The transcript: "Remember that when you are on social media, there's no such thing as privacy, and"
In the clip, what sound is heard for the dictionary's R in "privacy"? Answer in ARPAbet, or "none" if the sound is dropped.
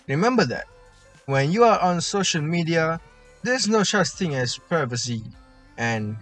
none